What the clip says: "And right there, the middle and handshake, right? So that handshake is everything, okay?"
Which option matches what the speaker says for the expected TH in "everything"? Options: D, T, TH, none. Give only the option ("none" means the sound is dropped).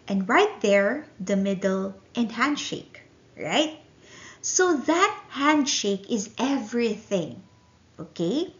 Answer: TH